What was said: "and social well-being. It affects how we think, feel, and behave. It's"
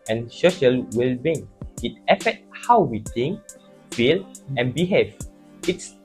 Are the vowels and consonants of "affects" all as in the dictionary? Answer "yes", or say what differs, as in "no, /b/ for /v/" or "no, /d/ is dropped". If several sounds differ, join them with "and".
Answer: no, /s/ is dropped